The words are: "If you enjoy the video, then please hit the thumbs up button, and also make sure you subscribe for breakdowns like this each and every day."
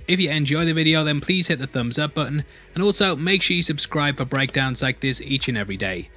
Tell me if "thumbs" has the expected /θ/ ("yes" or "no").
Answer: yes